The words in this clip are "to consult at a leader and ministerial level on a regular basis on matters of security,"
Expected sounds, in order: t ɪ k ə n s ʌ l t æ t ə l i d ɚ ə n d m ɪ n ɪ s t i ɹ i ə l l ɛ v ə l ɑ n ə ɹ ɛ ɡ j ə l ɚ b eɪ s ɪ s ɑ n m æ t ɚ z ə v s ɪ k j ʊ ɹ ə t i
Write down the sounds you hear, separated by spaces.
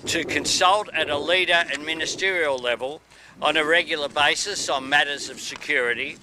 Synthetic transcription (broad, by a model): t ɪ k ə n s ʌ l t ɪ t ə l i d ɚ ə n m ɪ n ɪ s t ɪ ɹ i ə l l ɛ v ə l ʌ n ə ɹ ɛ ɡ j l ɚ b eɪ s ɪ s n m æ t ɚ z ə v s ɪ k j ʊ ɹ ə t i